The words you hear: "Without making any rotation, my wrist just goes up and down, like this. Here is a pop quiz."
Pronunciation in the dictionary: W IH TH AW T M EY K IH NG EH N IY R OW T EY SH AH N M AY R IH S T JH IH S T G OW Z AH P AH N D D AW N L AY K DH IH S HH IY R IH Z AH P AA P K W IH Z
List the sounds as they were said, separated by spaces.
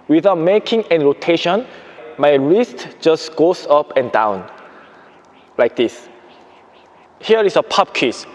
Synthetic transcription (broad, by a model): W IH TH AW T M EY K IH NG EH N R OW T EY SH AH N M AY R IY S T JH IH S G OW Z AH P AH N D D AW N L AY K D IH S HH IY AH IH S AH P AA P K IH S